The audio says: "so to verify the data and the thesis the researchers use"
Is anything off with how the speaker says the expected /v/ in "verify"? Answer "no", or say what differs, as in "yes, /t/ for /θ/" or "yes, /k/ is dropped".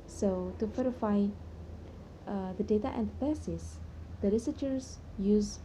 yes, /f/ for /v/